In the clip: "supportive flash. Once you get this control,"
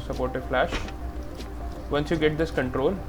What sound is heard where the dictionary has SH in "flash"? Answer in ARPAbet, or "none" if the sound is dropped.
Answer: SH